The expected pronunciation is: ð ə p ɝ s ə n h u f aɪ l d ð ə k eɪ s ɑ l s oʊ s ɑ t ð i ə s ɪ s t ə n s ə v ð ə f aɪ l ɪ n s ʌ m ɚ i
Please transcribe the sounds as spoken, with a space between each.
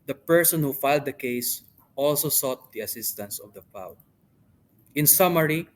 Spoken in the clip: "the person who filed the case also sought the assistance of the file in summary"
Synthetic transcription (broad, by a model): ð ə p ɝ s ə n h u f aɪ l d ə k eɪ s ɑ l s oʊ s ɑ t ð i ə s ɪ s t ə n s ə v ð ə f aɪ w ɪ n s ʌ m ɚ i